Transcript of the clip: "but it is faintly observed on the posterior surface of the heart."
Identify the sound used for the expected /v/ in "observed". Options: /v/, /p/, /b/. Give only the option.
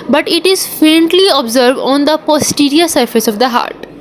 /v/